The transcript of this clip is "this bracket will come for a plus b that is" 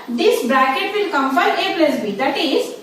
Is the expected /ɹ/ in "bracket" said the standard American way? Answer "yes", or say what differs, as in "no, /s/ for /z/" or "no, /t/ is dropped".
yes